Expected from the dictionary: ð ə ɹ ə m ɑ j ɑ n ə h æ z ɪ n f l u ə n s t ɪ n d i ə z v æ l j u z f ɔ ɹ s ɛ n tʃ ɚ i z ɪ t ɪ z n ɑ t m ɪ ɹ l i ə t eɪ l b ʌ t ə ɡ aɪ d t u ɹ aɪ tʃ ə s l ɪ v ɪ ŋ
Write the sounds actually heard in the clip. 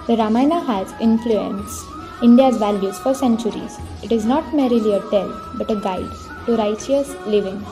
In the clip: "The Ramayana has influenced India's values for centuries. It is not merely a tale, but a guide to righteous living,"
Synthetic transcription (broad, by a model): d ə ɹ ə m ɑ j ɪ n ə h æ z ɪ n f l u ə n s ɪ n d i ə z v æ l j u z f ɔ ɹ s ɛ n tʃ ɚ i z ɪ t ɪ z n ɑ t m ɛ ɹ l i ə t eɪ l b ʌ t ə ɡ aɪ d t u ɹ aɪ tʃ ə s l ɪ v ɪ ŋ